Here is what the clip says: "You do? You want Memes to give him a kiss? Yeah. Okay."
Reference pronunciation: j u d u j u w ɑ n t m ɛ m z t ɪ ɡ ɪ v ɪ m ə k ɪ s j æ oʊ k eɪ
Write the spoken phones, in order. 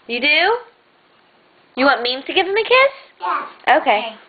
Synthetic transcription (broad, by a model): j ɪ d u j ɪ w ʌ t m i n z t ɪ ɡ ɪ v ɪ m ə k ɪ s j oʊ k eɪ